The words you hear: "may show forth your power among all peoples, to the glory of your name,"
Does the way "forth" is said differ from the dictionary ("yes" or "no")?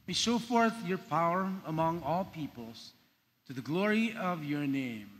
no